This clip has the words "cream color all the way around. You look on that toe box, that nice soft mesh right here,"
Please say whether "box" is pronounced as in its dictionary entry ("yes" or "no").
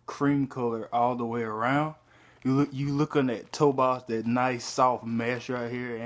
no